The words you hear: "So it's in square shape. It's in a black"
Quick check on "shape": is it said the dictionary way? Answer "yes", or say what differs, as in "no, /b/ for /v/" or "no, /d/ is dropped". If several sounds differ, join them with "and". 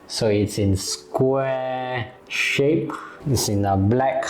yes